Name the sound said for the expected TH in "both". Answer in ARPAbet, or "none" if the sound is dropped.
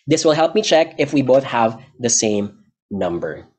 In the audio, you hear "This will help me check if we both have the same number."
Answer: TH